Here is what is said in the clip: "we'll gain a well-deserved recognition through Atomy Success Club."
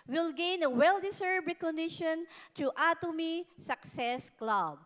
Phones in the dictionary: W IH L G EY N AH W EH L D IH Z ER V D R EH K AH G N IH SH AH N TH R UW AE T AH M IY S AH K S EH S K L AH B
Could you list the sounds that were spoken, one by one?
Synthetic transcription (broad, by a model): W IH L G EY N AH W EH L D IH S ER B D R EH K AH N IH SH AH N T R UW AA T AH M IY S AH K S EH S K L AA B